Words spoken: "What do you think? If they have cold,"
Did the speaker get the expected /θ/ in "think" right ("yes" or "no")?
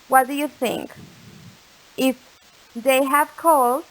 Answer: yes